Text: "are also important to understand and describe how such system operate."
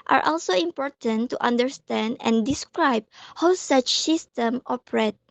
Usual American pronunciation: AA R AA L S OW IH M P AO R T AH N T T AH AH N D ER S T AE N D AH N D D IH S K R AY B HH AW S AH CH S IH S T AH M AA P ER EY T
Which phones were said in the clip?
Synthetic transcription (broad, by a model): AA R AA L S OW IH M P AO R T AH N T T AH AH N D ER S T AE N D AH N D D IH S K R AY B HH AW S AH CH S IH S T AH M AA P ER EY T